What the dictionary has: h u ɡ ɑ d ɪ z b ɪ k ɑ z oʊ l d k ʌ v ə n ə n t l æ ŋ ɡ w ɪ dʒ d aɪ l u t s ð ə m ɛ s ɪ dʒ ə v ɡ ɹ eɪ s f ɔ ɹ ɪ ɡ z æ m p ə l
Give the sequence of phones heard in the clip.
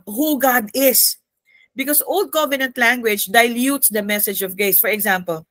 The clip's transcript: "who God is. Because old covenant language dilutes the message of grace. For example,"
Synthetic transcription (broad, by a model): h u ɡ ɑ d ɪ s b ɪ k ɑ s oʊ l d k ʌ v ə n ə n t l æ ŋ ɡ w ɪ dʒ d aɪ l u t s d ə m ɛ s ɪ dʒ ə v ɡ eɪ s f ɔ ɹ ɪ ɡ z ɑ m p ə l